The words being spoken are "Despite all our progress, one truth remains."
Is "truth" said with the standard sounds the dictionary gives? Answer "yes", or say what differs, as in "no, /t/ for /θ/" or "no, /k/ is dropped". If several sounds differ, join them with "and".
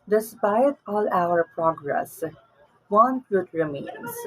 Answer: no, /t/ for /θ/